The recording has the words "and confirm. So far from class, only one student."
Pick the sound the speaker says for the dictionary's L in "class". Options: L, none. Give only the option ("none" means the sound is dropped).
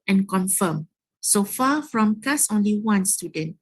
none